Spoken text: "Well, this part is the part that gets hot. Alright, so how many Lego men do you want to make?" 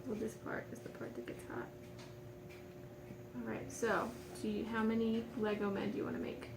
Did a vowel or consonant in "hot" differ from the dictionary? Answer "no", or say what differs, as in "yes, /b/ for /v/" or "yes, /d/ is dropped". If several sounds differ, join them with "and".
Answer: no